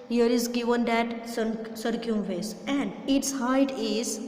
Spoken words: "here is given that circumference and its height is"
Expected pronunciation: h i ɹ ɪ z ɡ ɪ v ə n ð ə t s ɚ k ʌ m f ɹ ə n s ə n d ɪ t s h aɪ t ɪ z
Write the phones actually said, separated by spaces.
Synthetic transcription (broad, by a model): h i ɹ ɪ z ɡ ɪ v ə n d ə t s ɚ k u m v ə s ə n d ɪ t s h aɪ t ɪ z